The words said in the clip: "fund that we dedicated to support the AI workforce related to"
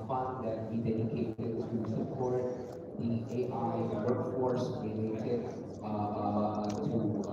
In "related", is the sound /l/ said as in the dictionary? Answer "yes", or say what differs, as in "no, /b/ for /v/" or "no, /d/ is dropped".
no, /l/ is dropped